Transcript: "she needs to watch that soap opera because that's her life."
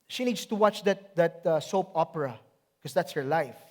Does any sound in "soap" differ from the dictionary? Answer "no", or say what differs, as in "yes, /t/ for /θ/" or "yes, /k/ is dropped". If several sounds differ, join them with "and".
no